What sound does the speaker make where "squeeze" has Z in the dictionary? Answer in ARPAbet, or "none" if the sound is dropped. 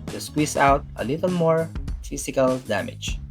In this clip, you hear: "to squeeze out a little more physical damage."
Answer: S